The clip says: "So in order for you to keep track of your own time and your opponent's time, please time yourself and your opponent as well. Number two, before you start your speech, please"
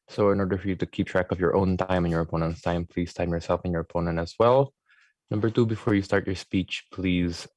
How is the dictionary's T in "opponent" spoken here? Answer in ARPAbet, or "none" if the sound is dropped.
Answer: T